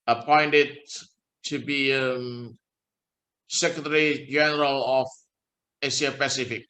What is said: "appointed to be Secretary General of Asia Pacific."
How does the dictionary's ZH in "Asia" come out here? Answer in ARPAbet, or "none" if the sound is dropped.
S